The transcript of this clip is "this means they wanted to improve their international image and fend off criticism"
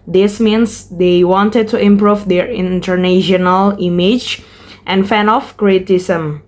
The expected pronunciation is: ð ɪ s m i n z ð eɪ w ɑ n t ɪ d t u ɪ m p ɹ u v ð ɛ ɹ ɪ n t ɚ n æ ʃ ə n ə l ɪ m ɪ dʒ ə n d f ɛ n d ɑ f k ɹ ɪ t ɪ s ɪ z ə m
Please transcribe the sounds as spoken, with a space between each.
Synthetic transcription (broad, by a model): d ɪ s m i n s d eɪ w ɑ n t ɪ d t u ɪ m p ɹ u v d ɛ ɹ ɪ n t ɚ n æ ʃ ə n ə l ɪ m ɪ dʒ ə n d f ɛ n ɑ f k ɹ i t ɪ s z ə m